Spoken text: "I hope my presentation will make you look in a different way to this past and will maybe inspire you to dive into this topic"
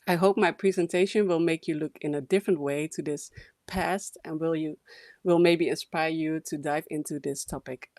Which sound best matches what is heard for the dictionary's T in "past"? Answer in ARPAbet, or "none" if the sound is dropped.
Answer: T